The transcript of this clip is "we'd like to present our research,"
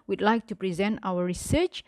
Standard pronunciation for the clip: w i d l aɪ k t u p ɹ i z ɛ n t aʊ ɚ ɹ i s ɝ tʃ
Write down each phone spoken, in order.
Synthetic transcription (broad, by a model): w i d l aɪ k t u p ɹ i z ɛ n t aʊ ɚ ɹ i s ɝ tʃ